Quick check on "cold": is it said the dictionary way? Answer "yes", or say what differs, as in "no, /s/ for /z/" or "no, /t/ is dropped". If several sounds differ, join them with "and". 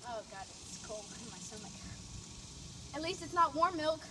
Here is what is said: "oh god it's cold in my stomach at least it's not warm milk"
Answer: no, /d/ is dropped